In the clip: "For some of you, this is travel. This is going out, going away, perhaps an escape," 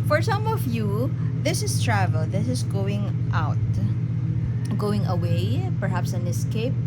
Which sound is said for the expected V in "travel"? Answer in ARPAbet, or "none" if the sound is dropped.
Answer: V